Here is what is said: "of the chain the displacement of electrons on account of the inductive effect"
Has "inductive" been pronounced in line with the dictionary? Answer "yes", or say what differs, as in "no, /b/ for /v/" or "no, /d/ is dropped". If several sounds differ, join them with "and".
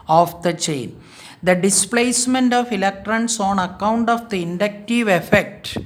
yes